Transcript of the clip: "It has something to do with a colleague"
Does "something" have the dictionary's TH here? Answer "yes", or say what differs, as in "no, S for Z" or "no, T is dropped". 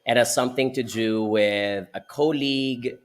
yes